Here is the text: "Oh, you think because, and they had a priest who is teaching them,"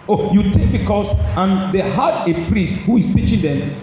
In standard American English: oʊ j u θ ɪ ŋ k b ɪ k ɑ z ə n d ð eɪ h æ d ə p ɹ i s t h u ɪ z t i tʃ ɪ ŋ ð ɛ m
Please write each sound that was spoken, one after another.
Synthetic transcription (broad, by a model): oʊ j u t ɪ k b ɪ k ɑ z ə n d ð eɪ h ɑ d ə p ɹ i s t h u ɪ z t i tʃ ɪ ŋ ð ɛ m